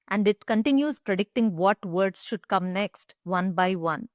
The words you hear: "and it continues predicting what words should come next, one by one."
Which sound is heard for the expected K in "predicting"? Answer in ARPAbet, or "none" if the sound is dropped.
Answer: K